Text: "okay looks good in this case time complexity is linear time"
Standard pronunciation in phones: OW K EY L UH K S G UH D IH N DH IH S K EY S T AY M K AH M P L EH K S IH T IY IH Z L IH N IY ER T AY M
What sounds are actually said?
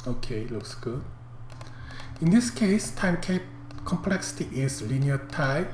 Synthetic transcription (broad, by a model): OW K EY L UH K S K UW IH N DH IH S K EY S T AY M K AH M P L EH K S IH T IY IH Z L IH N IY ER T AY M